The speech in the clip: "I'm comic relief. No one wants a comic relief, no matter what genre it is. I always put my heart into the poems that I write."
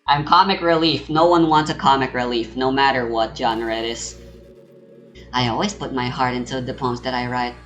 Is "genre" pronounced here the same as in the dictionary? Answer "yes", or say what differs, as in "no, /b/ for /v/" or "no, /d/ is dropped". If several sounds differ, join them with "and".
yes